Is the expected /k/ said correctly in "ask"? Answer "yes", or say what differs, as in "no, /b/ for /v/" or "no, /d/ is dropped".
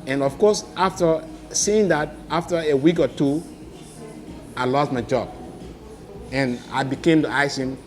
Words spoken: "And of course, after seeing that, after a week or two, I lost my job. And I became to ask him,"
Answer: no, /k/ is dropped